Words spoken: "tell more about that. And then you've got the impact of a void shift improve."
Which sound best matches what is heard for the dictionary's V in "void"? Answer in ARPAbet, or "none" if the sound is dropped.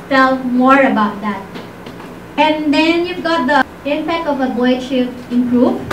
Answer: B